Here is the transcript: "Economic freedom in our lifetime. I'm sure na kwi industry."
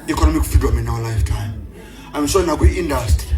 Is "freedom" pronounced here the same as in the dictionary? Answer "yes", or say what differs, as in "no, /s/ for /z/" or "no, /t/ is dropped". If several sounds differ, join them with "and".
no, /ɹ/ is dropped